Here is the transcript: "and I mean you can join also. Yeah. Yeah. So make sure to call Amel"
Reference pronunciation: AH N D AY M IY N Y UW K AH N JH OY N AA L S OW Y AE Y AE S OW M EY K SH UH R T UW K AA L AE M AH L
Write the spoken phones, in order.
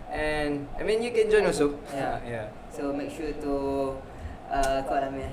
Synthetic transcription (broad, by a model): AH N AY M IY N Y UW K AH N JH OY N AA S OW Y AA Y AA S OW M EY K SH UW T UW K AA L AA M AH